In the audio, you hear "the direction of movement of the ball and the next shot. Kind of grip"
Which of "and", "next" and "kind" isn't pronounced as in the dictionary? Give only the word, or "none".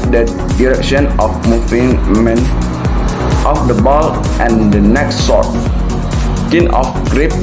kind